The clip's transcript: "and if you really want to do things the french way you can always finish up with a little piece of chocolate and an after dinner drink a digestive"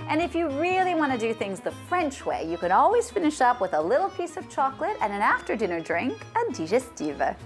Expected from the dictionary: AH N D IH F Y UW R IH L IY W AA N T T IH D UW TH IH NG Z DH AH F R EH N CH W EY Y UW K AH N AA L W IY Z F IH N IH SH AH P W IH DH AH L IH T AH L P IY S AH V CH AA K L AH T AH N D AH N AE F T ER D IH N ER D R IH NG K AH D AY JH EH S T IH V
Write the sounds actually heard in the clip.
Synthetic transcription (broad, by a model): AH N IH F Y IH R IH L IY W AA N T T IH D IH TH IH NG Z DH AH F R EH N CH W EY Y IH K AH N AA L W IY Z F IH N IH SH AH P W IH DH AH L IH T L P IY S AH V CH AA K L AH T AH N AH N AE F T ER D IH N ER D R IH NG K AH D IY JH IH S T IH V